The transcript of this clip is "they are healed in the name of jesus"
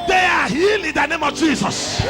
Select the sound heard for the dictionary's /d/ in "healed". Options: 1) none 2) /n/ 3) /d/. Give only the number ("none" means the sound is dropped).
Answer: 1